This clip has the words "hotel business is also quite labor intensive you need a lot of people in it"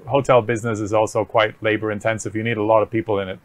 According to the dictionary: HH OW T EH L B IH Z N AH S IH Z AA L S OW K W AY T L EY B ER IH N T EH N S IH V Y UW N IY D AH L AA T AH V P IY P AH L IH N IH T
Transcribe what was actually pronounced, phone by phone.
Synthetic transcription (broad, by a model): HH OW T EH L B IH Z N AH S IH Z AA L S OW K W AY T L EY B ER IH N T EH N S IH V Y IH N IY D AH L AA T AH V P IY P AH L IH N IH T